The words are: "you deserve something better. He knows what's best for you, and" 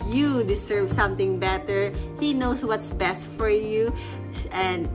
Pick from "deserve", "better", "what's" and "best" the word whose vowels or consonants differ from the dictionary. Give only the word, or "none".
deserve